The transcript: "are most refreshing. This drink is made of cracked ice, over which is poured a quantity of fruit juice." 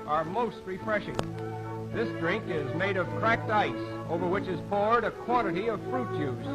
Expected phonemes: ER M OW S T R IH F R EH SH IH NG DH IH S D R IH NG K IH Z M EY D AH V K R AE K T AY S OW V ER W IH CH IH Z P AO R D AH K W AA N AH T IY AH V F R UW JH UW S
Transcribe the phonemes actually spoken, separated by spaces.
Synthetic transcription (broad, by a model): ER M OW S T R IH F R EH SH IH NG DH IH S D R IH NG K IH Z M EY D AH V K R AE K T AY S OW V ER W IH CH IH Z P AO R D AH K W AA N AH T IY AH V F R UW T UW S